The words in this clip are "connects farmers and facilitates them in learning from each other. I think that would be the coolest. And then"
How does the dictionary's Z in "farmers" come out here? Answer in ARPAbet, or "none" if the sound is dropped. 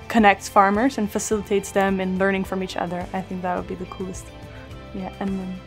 Z